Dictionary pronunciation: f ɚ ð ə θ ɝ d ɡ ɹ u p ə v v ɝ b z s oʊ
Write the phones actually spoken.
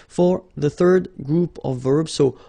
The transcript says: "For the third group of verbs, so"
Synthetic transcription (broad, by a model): f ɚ ð ə θ ɝ d ɡ ɹ u p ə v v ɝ b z s oʊ